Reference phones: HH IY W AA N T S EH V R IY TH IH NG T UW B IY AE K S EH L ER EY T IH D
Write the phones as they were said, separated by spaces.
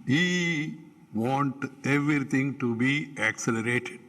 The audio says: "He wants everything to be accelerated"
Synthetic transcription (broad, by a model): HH IY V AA N T EH V R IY T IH NG T UW B IY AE K S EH L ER EY T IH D